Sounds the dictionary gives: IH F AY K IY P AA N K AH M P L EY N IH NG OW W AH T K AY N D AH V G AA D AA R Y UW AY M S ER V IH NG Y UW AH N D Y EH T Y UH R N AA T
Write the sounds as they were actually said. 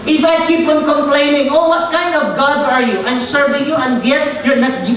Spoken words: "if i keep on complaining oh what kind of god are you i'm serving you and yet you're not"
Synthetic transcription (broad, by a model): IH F AY K IY P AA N K AH M P L EY N IH NG OW W AH T K AY N D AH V G AA D AA R Y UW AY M S ER V IH NG Y UW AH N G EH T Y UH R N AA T